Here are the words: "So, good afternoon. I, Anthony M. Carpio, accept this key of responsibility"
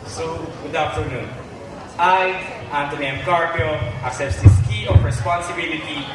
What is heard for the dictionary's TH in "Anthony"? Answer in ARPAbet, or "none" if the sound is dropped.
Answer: T